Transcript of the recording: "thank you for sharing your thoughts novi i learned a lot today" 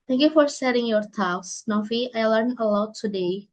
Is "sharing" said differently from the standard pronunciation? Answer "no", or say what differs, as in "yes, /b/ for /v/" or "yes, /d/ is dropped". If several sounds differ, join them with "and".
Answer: yes, /s/ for /ʃ/